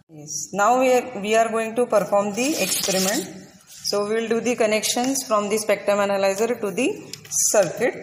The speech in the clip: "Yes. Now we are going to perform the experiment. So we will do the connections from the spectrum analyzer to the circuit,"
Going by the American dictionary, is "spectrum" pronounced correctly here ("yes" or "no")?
no